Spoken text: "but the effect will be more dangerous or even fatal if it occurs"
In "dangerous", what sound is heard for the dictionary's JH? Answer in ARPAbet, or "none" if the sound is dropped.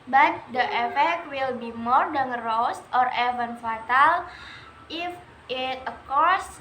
none